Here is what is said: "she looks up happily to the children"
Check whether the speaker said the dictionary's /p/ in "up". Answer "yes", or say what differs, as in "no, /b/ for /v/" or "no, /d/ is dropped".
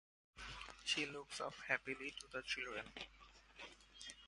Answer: no, /f/ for /p/